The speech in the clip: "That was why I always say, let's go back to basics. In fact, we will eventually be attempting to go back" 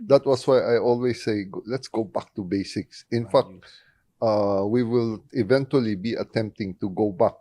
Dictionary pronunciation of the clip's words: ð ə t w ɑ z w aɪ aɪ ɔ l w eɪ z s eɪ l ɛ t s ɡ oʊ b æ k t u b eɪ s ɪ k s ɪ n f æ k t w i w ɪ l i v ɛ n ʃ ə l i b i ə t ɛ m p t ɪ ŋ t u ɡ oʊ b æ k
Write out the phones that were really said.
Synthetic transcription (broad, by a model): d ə t w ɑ s w aɪ aɪ ɔ l w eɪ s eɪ l ɛ t s ɡ oʊ b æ k t u b eɪ s ɪ k s ɪ n f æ k t w i w ɪ l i v ɛ n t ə l i b i ə t ɛ m p t ɪ ŋ t u ɡ oʊ b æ k